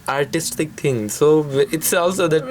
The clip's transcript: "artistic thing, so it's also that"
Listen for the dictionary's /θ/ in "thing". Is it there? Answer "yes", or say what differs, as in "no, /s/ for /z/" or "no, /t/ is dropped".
no, /t/ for /θ/